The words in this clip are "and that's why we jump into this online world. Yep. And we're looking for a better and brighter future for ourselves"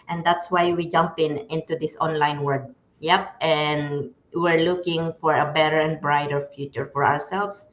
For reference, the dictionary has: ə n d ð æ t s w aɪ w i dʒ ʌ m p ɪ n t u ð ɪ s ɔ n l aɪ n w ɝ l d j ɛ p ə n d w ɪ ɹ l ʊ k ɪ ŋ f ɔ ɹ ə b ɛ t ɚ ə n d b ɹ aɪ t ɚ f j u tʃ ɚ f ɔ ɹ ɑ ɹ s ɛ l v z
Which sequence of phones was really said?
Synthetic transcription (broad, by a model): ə n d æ t s w aɪ w i dʒ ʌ m p ɪ n t u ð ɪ s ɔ n l aɪ n w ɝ d j ɛ p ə n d w ɪ ɹ l ʊ k ɪ ŋ f ɔ ɹ ə b ɛ t ɚ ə n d b ɹ aɪ t ɚ f j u tʃ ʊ f ɔ ɹ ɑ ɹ s ɛ l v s